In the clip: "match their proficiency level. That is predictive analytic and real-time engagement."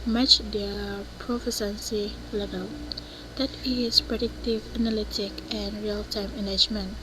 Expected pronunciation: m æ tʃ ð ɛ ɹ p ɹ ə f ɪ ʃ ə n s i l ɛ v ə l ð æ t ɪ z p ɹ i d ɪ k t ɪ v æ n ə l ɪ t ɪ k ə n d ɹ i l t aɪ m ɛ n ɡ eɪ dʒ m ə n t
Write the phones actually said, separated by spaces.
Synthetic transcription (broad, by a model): m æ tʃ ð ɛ p ɹ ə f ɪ s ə n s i l ɛ v ə l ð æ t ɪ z p ɹ i d ɪ k t ɪ v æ n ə l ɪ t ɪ k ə n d ɹ i l t aɪ m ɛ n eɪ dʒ m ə n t